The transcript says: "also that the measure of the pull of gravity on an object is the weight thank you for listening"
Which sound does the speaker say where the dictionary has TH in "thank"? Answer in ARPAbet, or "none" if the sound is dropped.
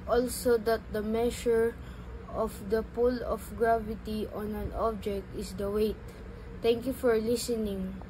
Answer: T